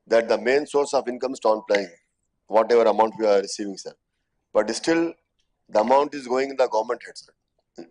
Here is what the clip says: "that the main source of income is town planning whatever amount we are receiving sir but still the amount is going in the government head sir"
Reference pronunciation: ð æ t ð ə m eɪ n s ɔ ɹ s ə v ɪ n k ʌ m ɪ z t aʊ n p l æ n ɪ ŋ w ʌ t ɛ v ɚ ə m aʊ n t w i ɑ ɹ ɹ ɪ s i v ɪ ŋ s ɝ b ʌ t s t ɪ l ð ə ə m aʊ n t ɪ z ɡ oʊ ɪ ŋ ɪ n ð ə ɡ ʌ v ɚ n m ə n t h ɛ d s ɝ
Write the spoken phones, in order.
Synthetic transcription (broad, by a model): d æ t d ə m eɪ n s ɔ ɹ s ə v ɪ n k ʌ m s t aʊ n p l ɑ ɪ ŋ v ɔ t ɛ v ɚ ə m aʊ n t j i ɑ ɹ ɹ ɪ s i v ɪ ŋ s ɝ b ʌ t s t ɪ l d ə ə m aʊ n t ɪ z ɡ oʊ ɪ ŋ ɪ n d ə ɡ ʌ v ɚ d m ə n t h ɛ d s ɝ